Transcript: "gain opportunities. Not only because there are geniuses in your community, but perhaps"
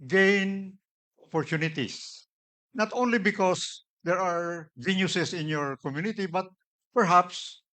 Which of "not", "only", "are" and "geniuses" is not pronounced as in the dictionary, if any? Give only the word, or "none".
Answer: geniuses